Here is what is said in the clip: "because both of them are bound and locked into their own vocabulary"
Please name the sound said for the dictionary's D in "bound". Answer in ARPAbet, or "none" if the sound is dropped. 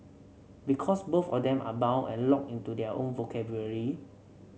none